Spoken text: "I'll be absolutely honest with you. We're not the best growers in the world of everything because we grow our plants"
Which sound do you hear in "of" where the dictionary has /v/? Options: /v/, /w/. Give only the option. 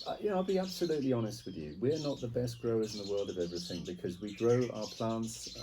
/v/